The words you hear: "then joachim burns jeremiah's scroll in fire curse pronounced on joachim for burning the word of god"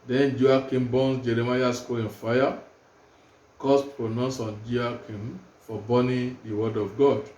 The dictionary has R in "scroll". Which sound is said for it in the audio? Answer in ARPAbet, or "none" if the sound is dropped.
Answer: none